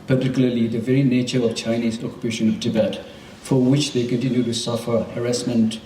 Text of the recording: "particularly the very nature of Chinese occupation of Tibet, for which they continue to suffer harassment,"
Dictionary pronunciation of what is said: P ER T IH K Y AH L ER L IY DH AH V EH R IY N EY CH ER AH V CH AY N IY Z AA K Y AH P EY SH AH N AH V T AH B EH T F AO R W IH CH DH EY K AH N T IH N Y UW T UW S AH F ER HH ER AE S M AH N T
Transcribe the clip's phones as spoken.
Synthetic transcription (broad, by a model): P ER T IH K Y L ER L IY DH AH V EH R IY N EY CH ER AH V CH AY N IY Z AA K Y AH P EY SH AH N AH V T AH B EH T F AO R W IH CH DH EY K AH N T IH N Y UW T UW S AH F ER HH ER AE S M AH N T